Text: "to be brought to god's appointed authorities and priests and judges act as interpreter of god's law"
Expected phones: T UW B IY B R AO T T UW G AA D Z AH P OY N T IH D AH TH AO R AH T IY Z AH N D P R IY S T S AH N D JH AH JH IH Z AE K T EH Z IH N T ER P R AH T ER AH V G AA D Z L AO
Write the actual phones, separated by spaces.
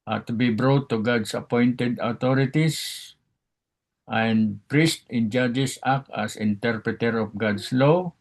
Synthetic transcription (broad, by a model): T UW B IY B R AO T T UW G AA D S AH P OY N T IH D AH T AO R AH T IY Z AH N D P R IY S T AH N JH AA JH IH S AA K AA S IH N T ER P R AH T ER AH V G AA D S L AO